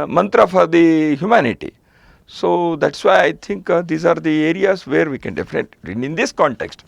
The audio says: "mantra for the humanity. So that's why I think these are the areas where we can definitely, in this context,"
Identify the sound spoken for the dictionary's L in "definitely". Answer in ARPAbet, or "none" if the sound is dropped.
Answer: none